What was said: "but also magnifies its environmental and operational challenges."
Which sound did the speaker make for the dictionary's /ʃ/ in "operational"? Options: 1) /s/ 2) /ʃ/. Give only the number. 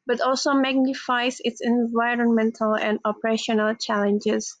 2